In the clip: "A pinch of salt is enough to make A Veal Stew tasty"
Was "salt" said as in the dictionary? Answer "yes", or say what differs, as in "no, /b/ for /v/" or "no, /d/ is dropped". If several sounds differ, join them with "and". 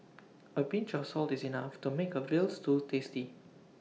yes